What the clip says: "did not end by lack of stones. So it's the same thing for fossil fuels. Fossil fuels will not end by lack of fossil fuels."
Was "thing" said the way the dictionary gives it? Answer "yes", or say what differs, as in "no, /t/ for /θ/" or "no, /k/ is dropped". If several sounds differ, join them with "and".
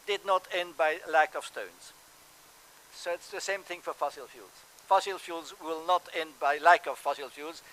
yes